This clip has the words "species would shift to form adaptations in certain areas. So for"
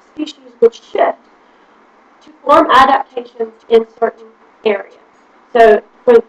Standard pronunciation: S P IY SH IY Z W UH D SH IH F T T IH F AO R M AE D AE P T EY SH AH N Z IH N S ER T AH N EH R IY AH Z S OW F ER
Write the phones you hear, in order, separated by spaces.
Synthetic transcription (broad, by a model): S P IY SH IY Z W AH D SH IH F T T IH F AO R M AE D AE P T EY SH AH N Z IH N S ER T N EH R IY AH Z S OW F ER